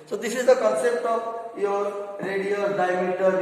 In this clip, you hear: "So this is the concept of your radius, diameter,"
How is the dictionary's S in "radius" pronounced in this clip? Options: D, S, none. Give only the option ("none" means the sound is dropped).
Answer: none